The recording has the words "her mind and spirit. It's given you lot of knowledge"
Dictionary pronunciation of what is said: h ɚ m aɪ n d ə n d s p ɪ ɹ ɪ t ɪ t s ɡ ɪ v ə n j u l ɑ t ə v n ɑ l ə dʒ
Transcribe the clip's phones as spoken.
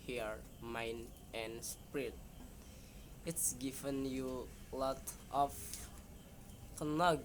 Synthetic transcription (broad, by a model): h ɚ m aɪ n ə n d s p ɹ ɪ t ɪ t s ɡ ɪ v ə n j u l ɑ t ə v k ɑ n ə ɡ